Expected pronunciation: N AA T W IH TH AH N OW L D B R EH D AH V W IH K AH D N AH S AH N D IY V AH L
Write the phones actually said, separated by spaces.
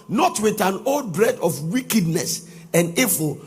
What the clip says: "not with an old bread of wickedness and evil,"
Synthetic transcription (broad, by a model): N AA T W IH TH AH N OW L D B R EH D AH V W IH K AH D N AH S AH N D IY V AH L